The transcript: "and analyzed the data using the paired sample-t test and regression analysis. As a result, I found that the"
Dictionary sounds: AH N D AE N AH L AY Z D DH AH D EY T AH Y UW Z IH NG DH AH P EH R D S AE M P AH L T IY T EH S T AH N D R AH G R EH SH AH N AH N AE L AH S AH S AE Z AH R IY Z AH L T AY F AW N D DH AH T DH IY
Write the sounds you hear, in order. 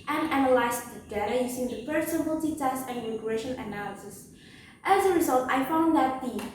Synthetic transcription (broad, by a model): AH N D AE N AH L AY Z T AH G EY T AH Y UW S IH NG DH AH F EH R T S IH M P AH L T IY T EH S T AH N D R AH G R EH SH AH N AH N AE L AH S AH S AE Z AH R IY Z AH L T AY F AW N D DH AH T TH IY